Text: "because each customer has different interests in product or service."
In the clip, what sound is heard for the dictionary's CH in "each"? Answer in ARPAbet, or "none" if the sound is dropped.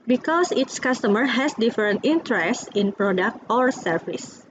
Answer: S